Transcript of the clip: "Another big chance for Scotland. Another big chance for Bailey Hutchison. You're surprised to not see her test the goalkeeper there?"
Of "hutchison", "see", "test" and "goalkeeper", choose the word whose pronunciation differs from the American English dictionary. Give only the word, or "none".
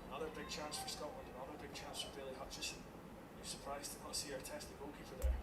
goalkeeper